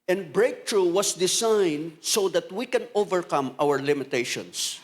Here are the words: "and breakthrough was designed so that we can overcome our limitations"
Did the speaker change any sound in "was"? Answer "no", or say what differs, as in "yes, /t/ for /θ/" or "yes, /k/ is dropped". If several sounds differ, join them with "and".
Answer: yes, /s/ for /z/